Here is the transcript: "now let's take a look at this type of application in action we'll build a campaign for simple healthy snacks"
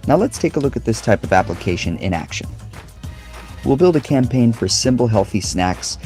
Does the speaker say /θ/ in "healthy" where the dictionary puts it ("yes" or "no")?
yes